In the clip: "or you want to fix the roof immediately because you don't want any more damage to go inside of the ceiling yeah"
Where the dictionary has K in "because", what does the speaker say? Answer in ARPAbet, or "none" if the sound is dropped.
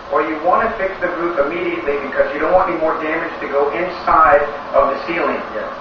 K